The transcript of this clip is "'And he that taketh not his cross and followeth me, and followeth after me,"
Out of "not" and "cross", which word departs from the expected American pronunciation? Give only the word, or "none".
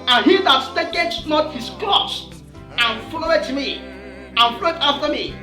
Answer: cross